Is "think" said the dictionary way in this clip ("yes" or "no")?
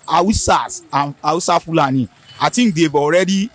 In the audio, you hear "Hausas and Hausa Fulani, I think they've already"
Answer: no